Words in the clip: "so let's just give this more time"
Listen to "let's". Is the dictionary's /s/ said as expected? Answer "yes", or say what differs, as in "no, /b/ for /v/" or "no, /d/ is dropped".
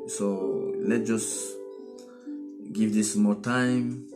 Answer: no, /s/ is dropped